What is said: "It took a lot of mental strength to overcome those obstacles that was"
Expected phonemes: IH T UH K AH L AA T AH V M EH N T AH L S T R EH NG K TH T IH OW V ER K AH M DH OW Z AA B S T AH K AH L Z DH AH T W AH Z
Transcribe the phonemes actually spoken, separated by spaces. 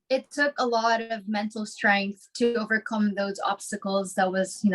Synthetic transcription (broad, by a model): IH T UH K AH L AA T AH V M EH N T L S T R EH NG K TH T IH OW V ER K AH M DH OW Z AA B S T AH K L Z DH AH T W AH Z